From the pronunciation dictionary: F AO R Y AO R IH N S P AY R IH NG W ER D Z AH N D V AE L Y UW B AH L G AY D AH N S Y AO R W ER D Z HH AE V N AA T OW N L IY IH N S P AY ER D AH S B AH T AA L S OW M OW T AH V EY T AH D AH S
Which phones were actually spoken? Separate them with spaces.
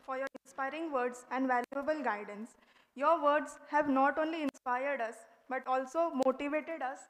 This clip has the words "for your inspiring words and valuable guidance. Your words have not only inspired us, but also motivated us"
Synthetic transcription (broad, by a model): F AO R Y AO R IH N S P AY R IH NG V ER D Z AH N D V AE L Y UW B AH L G AY D AH N S Y AO R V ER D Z HH AE V N AA T OW N L IY IH N S P AY ER D AH S B AH T AA L S OW M OW T AH V EY T AH D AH S